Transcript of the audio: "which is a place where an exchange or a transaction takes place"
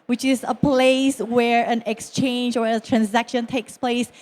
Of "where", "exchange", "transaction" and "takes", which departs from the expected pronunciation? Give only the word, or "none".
none